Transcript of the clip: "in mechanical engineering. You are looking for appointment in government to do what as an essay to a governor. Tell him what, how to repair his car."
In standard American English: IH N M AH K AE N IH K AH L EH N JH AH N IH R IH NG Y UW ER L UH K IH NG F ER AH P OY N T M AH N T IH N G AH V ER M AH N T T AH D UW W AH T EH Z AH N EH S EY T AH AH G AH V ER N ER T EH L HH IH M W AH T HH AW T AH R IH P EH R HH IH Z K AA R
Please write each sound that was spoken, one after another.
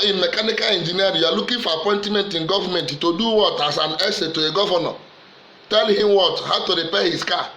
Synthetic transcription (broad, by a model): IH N M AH K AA N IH K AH L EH N JH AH N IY IH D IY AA L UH K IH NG F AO AH P OY N T M AH N T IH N G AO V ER M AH N T T AH D UW W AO T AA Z AH N EH S EY T AH AH G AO V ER N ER T EH L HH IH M W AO T HH AW T AH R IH P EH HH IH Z K AA